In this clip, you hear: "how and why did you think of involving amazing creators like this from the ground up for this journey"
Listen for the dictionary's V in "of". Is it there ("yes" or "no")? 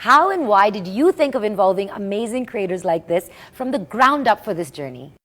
yes